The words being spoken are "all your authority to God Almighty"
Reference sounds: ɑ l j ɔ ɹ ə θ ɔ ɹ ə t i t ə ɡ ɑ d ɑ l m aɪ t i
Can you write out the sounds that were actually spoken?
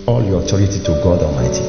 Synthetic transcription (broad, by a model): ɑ l j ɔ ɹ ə t ɔ ɹ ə t i t ə ɡ ɑ d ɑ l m aɪ t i